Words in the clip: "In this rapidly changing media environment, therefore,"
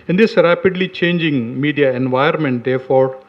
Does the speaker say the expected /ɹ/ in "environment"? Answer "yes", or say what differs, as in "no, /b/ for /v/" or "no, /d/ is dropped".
no, /ɹ/ is dropped